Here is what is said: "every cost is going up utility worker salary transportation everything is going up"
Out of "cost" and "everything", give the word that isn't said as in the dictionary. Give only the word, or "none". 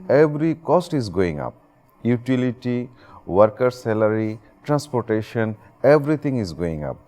everything